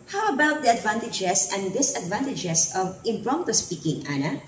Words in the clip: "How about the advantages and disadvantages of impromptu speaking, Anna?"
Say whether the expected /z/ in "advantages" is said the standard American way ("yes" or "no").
no